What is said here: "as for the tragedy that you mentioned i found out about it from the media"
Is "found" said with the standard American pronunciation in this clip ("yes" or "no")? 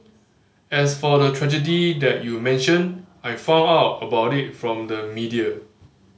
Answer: no